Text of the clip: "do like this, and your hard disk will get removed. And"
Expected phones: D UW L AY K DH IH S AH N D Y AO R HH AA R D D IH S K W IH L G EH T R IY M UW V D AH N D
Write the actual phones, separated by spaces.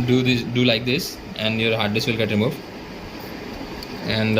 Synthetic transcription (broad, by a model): D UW L AY K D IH S AH N D Y AO R HH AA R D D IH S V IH L G EH T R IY M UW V AH N D